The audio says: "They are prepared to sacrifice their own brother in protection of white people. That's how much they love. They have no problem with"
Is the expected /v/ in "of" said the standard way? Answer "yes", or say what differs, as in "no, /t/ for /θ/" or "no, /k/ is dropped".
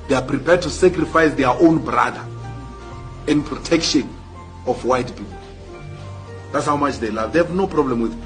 no, /f/ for /v/